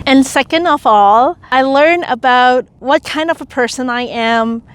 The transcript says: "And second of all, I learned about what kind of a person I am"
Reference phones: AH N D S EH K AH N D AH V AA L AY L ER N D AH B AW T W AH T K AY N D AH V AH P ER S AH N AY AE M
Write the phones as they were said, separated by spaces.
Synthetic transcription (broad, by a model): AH N S EH K AH N D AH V AA L AY L ER N AH B AW T W AH T K AY N D AH V AH P ER S AH N AY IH M